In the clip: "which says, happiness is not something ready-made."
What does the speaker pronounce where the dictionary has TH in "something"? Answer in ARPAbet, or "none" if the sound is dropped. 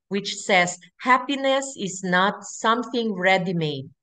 TH